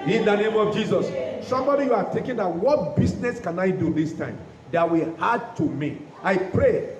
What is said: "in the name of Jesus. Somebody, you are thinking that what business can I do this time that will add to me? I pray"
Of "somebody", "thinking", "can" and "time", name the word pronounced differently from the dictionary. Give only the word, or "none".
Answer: thinking